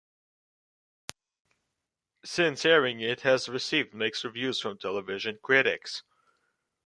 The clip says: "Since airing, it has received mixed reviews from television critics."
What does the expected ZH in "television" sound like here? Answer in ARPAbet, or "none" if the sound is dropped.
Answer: ZH